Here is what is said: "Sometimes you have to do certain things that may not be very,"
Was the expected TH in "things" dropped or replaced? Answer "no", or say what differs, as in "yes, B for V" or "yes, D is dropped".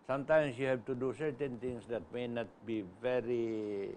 yes, T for TH